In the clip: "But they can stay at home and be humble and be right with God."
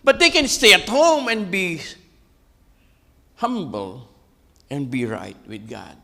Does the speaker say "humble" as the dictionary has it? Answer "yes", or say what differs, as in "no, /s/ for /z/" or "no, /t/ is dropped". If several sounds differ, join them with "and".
yes